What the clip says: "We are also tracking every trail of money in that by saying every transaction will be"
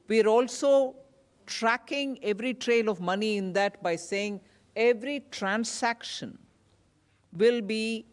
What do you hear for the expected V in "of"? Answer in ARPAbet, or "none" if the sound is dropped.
V